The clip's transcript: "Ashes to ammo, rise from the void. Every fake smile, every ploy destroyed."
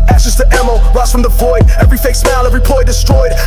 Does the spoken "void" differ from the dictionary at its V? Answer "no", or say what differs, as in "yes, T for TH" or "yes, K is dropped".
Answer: yes, F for V